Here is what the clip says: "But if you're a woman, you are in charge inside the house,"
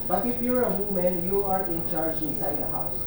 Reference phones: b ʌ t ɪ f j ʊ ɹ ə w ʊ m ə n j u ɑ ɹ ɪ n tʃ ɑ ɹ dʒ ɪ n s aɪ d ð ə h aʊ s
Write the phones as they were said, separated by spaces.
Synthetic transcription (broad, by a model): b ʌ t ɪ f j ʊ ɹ ə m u m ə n j u ɑ ɹ ɪ n tʃ ɑ ɹ dʒ ɪ n s aɪ d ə h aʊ s